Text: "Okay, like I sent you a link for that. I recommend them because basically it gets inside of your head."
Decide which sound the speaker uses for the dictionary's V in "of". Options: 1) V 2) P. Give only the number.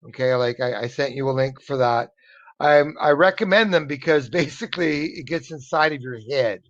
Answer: 1